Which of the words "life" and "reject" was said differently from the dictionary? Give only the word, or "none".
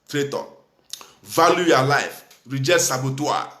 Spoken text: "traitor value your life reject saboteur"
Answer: reject